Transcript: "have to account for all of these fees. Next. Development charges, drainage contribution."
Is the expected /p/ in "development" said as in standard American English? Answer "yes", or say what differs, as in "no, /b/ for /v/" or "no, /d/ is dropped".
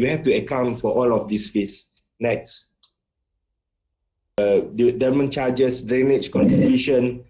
no, /p/ is dropped